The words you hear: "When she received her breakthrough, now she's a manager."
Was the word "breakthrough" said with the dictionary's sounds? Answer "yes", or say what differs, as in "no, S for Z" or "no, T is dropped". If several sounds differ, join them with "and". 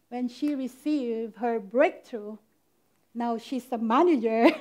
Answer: no, T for TH